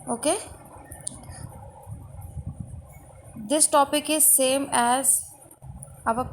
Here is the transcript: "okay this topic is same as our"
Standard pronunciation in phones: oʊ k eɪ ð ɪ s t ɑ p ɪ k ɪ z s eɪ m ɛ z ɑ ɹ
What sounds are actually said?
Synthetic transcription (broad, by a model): oʊ k eɪ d ɪ s t ɑ p ɪ k ɪ z s eɪ m ɛ z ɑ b